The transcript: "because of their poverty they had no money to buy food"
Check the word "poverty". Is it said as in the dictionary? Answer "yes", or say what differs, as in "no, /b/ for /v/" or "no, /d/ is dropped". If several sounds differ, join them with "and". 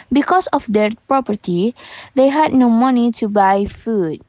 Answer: no, /p/ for /v/